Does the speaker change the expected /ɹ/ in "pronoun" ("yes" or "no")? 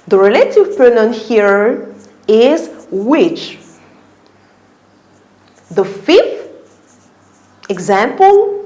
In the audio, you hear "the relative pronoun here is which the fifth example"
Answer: yes